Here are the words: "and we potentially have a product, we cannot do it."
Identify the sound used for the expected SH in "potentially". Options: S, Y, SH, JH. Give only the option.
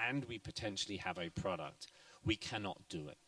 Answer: SH